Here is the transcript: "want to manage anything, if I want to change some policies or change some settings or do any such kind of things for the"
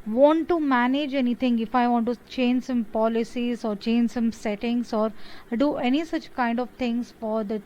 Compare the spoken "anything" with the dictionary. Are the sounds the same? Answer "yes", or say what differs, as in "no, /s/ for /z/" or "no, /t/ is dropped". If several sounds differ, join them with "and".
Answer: no, /t/ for /θ/